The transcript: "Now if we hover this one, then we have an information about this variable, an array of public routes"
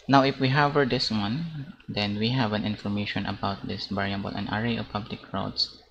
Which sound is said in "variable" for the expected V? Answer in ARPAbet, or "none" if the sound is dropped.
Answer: B